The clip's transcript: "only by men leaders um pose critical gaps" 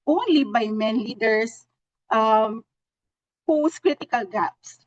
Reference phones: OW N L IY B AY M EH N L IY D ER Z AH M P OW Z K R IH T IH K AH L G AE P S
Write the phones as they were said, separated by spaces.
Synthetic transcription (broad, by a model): OW N L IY B AY M EH N L IY D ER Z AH M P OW S K R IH T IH K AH L G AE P S